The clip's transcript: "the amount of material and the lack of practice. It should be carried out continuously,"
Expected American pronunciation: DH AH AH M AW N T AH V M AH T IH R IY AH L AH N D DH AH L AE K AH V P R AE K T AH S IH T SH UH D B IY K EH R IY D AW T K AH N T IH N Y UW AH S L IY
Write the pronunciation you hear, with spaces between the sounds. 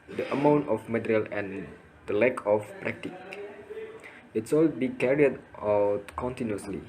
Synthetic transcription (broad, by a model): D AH AH M AW N T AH F M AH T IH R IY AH L AH N D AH L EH K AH F P R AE K T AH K IH T S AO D B IY K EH R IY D AW T K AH N T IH N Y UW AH S L IY